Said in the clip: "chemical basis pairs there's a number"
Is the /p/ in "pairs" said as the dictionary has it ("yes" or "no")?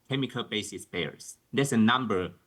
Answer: no